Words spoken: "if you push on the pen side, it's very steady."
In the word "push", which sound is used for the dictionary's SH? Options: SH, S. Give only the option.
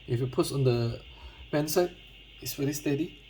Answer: S